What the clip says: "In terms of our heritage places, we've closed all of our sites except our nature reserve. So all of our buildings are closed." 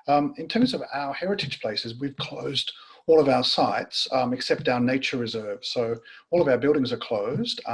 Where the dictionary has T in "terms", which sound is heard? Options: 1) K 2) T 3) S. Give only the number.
2